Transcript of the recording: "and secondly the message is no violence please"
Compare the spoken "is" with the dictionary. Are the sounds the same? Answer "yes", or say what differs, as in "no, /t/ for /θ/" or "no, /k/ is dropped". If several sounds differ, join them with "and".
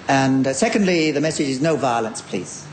yes